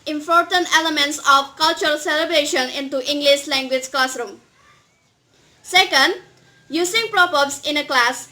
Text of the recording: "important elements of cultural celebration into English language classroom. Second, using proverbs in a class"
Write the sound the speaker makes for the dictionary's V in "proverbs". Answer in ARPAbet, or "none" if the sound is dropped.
P